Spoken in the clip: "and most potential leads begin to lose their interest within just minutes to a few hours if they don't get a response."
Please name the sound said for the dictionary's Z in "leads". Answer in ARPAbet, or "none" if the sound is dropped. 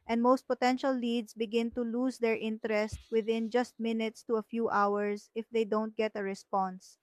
S